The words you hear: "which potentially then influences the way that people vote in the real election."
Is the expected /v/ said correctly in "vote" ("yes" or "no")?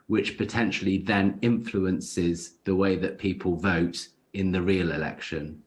yes